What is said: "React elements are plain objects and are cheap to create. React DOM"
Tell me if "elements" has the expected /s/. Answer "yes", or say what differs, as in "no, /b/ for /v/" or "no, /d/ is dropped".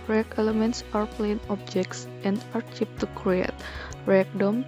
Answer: yes